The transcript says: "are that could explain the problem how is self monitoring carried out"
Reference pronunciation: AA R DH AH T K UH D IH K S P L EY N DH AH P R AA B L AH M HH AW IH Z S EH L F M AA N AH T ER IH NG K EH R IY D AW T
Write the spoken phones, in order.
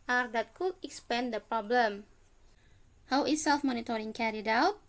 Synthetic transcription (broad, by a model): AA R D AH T K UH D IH K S P EY N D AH P R AA B L AH M HH AW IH S EH L F M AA N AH T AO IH NG K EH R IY D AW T